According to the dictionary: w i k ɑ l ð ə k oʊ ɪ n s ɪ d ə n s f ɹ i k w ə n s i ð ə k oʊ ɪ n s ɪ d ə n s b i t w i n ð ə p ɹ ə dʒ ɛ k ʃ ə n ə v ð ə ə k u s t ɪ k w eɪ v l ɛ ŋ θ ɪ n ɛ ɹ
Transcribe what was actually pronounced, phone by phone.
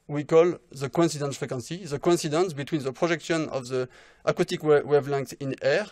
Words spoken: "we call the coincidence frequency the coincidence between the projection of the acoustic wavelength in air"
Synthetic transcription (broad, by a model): w i k ɑ l ð ə k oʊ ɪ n s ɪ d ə n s f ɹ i k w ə n s i ð ə k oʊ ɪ n s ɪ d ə n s b i t w i n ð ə p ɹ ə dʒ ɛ k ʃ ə n ə v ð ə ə k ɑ t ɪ k w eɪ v l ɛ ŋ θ ɪ n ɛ ɹ